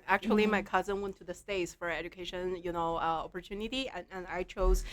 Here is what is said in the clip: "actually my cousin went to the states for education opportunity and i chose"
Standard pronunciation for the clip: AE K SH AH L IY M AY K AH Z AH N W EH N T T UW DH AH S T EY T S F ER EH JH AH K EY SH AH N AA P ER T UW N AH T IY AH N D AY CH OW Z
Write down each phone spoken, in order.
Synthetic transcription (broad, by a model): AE K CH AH L IY M AY K AH Z AH N W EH N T T UW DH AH S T EY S F ER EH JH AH K EY SH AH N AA P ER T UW N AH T IY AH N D AY CH OW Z